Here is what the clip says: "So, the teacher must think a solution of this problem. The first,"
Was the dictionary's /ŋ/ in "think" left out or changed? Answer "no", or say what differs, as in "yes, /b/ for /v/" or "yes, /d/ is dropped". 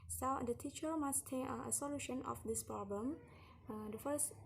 yes, /ŋ/ is dropped